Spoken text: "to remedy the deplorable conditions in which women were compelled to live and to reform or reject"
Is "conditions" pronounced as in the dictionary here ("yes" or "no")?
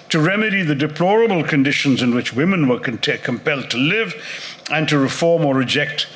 yes